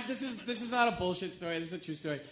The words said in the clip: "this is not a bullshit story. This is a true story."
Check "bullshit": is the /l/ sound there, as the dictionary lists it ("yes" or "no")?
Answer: yes